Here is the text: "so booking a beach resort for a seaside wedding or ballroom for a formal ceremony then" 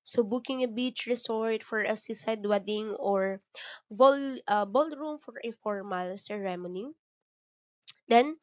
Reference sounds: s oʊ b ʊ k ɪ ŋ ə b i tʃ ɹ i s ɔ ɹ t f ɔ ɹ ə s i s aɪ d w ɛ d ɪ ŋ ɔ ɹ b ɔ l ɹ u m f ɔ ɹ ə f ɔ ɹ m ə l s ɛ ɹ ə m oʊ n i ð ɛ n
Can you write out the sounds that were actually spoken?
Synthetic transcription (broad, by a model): s oʊ b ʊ k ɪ ŋ ə b i tʃ ɹ i s ɔ ɹ t f ɔ ɹ ə s i s aɪ d w ɛ d ɪ ŋ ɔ ɹ b ɔ l ɹ u m f ɔ ɹ ə f ɔ ɹ m ə l s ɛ ɹ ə m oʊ n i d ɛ n